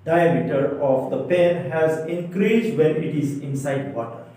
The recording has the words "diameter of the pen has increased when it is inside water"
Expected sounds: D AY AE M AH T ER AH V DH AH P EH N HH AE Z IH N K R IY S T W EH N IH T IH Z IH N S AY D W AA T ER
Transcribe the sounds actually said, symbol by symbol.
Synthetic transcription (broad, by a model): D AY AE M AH T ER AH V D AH P EH N HH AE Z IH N K R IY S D W EH N IH T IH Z IH N S AY D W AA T